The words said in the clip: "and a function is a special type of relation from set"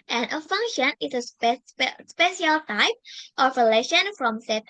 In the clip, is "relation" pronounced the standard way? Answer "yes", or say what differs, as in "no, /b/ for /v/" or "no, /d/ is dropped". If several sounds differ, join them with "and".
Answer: yes